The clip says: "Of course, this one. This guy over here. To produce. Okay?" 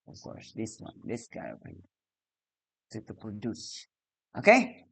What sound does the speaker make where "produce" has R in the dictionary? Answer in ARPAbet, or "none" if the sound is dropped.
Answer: none